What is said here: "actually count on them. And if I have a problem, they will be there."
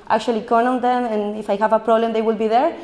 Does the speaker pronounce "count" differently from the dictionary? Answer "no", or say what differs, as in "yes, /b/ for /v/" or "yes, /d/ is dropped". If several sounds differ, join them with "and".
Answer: yes, /t/ is dropped